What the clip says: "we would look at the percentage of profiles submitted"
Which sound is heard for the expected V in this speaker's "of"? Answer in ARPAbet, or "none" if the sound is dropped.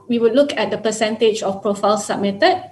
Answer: F